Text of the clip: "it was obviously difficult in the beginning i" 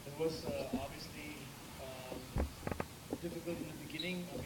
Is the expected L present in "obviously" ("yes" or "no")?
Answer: yes